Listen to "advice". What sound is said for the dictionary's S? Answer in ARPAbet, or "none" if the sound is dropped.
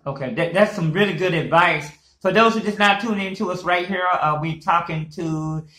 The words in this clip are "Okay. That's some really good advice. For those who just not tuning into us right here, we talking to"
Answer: S